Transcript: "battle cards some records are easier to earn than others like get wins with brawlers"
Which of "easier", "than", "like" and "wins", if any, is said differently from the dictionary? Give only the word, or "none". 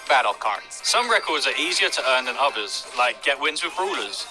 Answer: none